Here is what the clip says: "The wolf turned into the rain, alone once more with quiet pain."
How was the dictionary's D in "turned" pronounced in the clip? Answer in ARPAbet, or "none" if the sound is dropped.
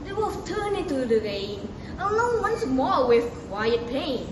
none